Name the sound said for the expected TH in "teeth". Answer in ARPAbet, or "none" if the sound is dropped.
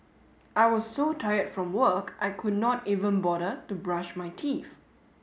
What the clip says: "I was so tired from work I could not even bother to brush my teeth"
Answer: F